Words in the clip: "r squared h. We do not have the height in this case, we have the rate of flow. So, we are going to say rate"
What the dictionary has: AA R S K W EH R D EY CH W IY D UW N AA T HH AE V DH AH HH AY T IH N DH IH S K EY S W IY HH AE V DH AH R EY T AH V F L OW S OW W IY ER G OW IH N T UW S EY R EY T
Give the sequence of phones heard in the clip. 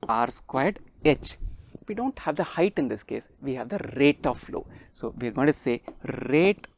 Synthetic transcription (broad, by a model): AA R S K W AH R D EY CH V IY D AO N T HH AE V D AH HH AY T IH N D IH S K EY S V IY HH AE V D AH R EY T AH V F L OW S OW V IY ER G OW IH N T UW S EY R EY T